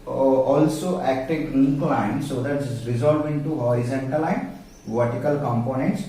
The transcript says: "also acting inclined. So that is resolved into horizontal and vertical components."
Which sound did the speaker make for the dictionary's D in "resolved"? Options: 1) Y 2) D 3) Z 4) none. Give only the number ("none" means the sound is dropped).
4